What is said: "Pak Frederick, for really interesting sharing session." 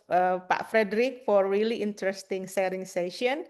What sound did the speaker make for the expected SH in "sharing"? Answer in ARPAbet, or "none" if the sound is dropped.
S